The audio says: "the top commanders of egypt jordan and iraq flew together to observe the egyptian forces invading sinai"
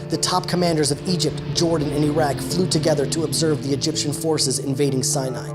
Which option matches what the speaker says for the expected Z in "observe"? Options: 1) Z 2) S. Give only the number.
1